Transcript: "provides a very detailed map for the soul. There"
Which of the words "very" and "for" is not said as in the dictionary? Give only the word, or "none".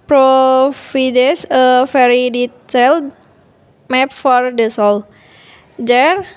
very